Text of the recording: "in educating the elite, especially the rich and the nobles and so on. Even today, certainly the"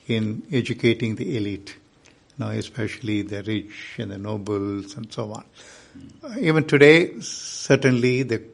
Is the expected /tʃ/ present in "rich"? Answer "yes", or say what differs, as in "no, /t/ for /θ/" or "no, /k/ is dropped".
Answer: yes